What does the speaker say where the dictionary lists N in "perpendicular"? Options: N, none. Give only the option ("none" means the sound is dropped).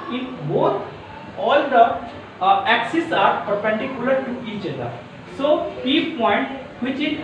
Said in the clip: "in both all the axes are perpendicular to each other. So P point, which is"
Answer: N